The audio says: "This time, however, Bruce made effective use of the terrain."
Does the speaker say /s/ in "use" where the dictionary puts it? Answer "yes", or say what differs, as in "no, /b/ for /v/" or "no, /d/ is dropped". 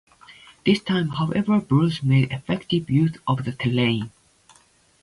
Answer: no, /θ/ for /s/